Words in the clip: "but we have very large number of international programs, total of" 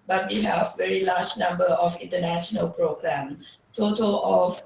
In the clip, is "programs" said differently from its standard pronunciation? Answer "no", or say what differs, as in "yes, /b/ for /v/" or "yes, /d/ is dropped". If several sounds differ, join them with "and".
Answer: yes, /z/ is dropped